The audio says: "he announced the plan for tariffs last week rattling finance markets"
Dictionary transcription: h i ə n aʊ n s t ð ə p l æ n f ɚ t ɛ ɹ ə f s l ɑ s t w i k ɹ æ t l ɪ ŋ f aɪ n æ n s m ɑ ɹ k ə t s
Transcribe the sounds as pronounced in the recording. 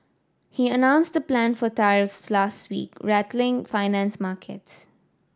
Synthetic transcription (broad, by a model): h i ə n aʊ n s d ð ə p l æ n f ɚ t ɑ ɹ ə f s l ɑ s t w i k ɹ æ t l ɪ ŋ f aɪ n æ n s m ɑ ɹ k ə t s